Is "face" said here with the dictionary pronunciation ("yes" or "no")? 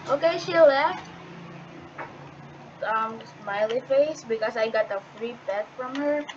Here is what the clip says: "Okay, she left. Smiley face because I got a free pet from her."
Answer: yes